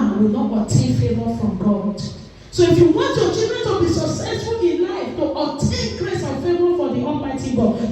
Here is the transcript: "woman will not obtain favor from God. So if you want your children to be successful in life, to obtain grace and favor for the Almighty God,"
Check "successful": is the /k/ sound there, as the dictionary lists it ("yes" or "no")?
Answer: no